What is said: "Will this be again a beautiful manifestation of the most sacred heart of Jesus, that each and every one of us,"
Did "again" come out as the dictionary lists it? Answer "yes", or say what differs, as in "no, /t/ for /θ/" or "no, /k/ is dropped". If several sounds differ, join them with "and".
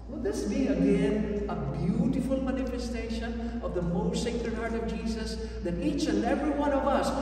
yes